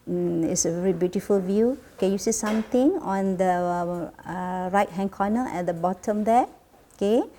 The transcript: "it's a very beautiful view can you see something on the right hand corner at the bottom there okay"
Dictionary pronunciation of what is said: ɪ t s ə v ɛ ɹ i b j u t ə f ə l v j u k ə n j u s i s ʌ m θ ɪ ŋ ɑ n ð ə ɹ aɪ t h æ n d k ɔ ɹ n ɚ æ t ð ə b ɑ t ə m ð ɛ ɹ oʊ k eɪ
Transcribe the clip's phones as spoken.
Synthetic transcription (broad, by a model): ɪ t s ə v ɛ ɹ i b j u t ə f ə l v j u k ə n j u s i s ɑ m t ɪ ŋ ɑ n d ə ɹ aɪ t h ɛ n k ɔ n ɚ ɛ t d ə b ɑ t ə m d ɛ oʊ k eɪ